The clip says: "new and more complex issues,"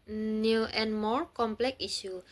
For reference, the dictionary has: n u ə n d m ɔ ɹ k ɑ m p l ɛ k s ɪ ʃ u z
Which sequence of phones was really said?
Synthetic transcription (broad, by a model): n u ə n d m ɔ ɹ k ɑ m p l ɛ k i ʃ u